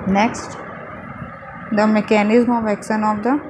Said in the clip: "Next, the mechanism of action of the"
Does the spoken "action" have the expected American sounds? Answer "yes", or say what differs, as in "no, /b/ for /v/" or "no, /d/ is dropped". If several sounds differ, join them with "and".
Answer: no, /s/ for /ʃ/